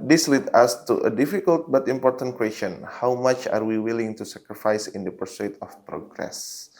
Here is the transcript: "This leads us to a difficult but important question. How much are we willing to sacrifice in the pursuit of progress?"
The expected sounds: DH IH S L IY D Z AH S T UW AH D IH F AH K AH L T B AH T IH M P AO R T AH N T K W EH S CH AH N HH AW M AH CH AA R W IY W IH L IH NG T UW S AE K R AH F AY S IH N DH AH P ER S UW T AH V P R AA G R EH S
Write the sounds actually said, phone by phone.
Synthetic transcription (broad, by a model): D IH S L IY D AA S T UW AH D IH F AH K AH L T B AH T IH M P AO R T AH N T K W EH S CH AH N HH AW M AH CH AA R W IY W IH L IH NG T UW S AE K R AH F AY S IH N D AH P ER S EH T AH F P R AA G R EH S